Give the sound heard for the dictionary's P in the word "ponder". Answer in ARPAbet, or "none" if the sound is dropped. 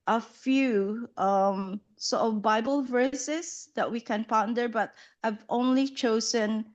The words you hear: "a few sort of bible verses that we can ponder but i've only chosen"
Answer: P